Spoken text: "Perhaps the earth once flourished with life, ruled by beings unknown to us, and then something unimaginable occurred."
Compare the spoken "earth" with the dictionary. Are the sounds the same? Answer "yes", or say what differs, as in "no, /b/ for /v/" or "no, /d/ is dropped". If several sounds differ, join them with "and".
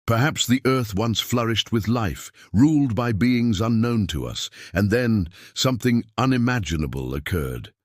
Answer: yes